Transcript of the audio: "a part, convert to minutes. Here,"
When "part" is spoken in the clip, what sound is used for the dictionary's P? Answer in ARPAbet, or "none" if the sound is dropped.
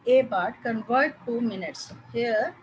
B